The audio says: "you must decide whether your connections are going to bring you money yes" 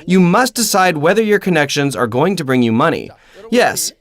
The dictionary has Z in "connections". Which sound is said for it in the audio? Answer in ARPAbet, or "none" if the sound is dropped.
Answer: Z